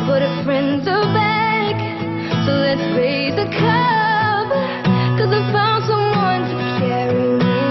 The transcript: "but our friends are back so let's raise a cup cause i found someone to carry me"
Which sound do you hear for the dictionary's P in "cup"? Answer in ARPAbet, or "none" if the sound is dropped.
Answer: B